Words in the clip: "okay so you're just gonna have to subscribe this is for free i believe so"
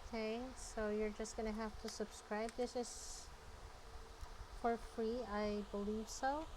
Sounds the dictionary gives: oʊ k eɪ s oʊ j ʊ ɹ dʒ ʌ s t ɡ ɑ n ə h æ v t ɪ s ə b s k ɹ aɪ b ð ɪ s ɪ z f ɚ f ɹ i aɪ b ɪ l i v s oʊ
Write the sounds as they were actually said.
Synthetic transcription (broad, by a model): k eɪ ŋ oʊ j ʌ ɹ dʒ ʌ s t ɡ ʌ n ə h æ f t ɪ s ə b s k ɹ aɪ b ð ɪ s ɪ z f ɚ f ɹ i aɪ b ɪ l i v s oʊ